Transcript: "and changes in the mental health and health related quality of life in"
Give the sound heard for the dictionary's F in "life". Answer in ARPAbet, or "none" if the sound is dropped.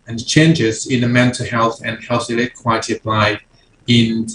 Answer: none